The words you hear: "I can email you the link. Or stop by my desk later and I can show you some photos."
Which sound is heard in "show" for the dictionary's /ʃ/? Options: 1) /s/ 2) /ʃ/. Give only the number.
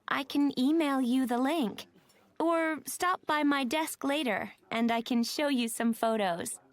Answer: 2